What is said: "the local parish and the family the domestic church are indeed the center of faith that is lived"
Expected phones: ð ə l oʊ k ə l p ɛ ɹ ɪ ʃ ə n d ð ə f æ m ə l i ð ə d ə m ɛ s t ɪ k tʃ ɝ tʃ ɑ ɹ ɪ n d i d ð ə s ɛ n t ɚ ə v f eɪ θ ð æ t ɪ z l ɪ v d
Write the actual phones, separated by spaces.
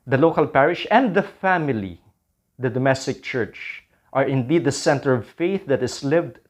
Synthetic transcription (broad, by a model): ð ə l oʊ k ə l p ɛ ɹ ɪ ʃ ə n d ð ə f æ m ə l i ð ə d ə m ɛ s t ɪ k tʃ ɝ tʃ ɑ ɹ ɪ n d i d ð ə s ɛ n t ɚ ə v f eɪ θ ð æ t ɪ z l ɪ v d